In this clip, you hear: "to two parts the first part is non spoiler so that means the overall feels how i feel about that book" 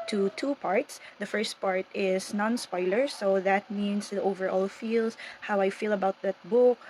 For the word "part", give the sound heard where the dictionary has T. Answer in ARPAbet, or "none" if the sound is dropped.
T